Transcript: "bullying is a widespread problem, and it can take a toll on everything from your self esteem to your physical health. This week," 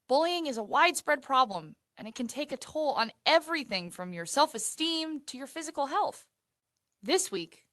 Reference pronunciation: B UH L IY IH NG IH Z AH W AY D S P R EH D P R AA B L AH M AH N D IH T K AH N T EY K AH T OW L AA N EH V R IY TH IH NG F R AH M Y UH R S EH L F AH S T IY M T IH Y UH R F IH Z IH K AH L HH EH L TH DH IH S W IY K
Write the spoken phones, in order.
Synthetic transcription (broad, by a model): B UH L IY IH NG IH Z AH W AY D S P R EH D P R AA B L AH M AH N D IH T K AH N T EY K AH T OW L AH N EH V R IY TH IH NG F R AH M Y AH R S EH L F AH S T IY M T IH Y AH R F IH Z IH K L HH EH L TH DH IH S W IY K